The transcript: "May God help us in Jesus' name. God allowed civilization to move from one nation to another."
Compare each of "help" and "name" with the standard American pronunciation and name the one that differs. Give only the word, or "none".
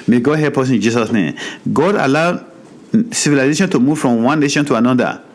help